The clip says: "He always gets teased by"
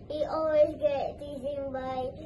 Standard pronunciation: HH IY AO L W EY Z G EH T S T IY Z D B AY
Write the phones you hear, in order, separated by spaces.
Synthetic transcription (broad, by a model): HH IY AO L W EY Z G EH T T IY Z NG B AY